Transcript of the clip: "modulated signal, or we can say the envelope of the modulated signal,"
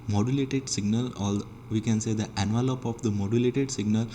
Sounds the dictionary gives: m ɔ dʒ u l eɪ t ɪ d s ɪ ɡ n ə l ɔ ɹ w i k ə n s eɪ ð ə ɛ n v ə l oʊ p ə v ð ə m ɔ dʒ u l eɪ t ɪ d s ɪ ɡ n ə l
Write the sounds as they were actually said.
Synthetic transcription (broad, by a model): m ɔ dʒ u l eɪ t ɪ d s ɪ ɡ n ə l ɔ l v i k ə n s eɪ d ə ɛ n v ə l oʊ p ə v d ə m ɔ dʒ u l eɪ t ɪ d s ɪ ɡ n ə l